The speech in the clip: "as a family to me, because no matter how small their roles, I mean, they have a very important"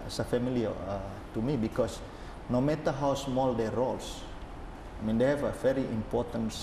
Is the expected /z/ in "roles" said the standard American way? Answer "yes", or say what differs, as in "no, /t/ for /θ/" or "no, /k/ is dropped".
no, /s/ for /z/